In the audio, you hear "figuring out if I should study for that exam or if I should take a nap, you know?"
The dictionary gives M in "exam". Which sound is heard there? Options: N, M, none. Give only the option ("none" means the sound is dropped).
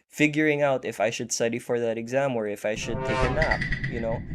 M